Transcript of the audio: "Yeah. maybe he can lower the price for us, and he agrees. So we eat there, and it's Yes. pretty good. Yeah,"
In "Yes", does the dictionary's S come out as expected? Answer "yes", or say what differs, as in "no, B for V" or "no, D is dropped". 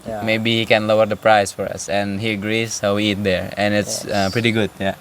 no, S is dropped